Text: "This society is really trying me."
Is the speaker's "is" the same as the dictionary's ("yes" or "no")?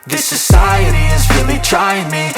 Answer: yes